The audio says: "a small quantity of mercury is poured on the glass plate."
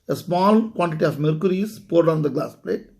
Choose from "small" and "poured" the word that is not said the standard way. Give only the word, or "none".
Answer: none